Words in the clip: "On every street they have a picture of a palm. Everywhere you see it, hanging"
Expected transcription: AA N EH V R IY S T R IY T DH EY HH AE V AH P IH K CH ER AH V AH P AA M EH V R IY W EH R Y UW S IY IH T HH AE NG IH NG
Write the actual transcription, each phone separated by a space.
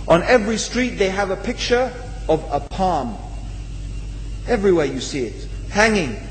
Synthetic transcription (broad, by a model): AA N EH V R IY S T R IY T DH EY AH V AH P IH K CH ER AH V AH P AA M EH V R IY W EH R Y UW S IY IH T HH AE NG IH NG